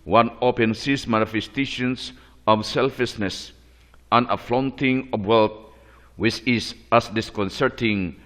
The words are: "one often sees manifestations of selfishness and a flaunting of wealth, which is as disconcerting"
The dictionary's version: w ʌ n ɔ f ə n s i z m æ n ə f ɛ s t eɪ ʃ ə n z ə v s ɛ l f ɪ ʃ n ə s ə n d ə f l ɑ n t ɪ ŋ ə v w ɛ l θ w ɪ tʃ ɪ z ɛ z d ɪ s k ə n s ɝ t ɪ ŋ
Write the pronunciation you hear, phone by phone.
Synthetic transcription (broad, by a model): w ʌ n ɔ p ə n s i s m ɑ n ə f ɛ s t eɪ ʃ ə n s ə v s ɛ l f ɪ s n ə s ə n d ə f l ɑ n t ɪ ŋ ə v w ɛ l t w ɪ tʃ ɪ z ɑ s d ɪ s k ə n s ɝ t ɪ ŋ